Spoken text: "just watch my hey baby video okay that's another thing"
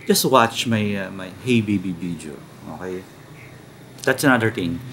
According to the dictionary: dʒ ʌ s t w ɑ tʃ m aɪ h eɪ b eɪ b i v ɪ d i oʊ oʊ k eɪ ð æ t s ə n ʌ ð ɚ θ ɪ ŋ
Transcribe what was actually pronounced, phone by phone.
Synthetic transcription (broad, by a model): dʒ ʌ s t w ɑ tʃ m aɪ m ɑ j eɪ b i b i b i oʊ oʊ k eɪ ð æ t s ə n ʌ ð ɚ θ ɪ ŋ